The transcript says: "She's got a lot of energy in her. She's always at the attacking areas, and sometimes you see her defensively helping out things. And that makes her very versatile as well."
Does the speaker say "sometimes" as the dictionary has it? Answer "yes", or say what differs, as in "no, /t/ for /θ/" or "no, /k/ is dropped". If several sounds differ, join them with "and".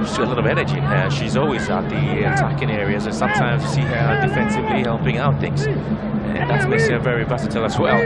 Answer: yes